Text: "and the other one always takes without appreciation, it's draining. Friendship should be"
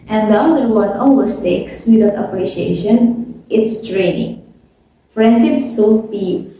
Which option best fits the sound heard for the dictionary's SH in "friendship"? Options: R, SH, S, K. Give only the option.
S